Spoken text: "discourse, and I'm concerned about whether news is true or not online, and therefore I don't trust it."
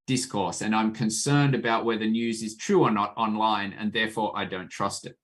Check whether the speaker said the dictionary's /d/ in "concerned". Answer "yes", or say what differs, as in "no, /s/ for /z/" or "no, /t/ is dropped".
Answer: yes